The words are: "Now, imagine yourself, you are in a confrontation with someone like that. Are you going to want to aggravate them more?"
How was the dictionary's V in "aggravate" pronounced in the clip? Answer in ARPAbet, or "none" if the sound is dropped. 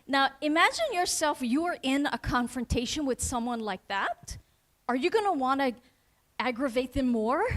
V